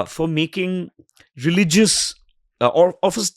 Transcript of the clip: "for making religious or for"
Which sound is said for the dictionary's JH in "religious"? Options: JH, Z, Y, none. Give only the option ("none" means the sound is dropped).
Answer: JH